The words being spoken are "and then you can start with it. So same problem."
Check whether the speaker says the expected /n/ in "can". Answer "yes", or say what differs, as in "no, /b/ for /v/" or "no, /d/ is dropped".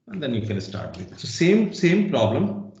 no, /l/ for /n/